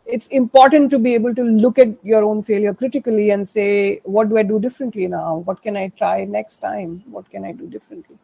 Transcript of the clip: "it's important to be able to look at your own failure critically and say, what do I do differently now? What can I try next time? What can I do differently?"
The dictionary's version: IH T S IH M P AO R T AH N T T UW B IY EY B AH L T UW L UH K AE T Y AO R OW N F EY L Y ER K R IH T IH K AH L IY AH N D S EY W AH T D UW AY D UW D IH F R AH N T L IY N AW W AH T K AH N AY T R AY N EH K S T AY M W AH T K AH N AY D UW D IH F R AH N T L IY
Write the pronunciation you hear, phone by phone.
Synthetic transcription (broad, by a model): IH T S IH M P AO R T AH N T T UW B IY EY B AH L T UW L UH K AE T Y AO R OW N F EY L Y ER K R IH T IH K AH L IY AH N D S EY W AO T D UW AY D UW D IH F R AH N T L IY N AW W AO T K AH N AY T R AY N EH K S T AY M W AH T K AH N AY D UW D IH F R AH N T L IY